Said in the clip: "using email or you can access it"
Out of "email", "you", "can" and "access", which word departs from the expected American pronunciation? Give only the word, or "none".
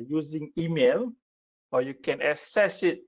access